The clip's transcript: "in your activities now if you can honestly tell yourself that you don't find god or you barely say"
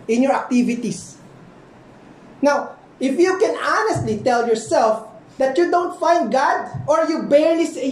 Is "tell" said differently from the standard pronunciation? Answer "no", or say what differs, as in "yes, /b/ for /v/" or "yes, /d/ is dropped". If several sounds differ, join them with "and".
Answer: no